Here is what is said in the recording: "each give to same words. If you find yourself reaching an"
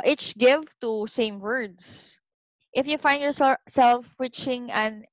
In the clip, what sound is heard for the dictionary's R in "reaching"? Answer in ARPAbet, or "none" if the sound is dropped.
W